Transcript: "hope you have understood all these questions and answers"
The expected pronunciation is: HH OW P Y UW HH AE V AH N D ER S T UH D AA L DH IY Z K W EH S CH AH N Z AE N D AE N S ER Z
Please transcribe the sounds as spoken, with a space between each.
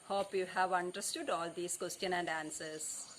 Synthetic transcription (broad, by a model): HH OW P Y UW HH AE V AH N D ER S T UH D AA L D IY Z K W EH S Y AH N AE N D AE N S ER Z